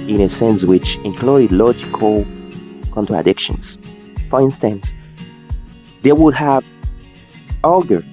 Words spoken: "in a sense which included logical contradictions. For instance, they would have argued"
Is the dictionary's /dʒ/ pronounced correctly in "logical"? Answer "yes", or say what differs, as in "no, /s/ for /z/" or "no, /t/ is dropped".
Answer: yes